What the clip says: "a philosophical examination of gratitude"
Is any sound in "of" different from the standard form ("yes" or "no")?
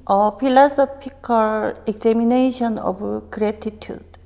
yes